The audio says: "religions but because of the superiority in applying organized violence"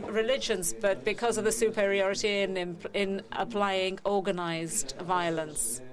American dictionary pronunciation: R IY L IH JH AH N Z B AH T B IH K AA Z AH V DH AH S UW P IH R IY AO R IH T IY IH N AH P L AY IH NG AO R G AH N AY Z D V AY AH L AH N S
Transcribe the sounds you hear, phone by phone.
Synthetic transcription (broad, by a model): R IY L IH JH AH N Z B AH T B IH K AA Z AH V DH AH S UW P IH R IY AO R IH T IY IH N AH P L AY IH NG AO G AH N AY Z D V AY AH L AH N S